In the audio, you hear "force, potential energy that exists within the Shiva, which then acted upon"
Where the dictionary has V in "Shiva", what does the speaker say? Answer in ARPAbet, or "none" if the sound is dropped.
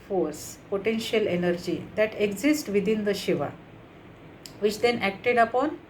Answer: V